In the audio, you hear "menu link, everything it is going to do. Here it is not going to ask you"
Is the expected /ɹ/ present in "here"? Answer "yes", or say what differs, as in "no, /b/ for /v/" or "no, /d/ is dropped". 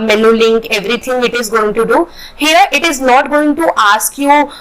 yes